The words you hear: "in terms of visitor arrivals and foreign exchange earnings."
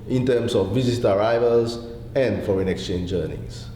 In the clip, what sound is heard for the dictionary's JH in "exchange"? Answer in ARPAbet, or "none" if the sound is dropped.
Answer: JH